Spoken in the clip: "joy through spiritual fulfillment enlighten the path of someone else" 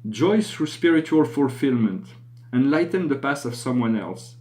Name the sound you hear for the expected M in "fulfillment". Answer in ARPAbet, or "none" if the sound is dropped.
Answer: M